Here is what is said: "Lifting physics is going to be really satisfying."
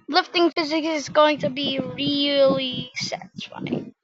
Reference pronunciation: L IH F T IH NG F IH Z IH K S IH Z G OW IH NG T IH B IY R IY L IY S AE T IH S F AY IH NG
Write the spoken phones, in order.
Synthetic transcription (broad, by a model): L IH F T IH NG F IH Z IH K S IH Z G OW IH NG T IH B IY R IY L IY S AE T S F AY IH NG